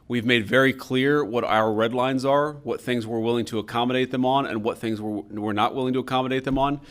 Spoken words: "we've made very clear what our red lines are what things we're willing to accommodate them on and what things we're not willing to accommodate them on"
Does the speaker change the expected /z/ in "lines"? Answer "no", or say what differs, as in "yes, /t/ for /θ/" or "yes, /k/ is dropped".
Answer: no